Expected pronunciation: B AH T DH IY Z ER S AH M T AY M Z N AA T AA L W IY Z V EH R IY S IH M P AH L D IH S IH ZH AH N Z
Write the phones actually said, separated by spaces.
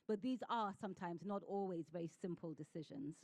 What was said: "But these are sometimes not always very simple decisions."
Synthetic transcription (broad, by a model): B AH T DH IY Z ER S AH M T AY M Z N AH T AA L W IY Z V EH R IY S IH M P AH L D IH S IH ZH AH N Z